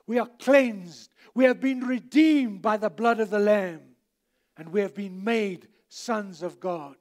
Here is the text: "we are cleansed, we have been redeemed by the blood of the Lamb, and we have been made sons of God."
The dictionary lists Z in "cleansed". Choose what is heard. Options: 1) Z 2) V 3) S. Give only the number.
1